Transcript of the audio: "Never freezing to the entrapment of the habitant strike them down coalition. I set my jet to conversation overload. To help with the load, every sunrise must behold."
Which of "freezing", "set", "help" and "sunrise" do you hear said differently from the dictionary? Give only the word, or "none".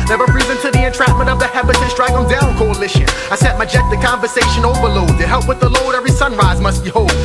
freezing